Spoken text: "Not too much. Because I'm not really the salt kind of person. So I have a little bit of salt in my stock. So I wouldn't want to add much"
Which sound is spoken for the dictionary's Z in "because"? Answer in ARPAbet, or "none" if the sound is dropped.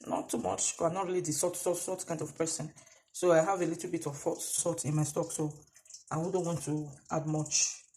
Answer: none